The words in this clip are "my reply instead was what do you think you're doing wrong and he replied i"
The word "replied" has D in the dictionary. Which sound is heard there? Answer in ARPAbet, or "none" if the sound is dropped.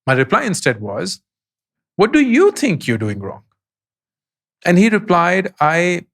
D